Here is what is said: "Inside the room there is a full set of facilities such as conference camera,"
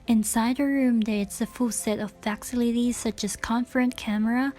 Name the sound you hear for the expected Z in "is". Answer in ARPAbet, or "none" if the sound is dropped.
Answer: S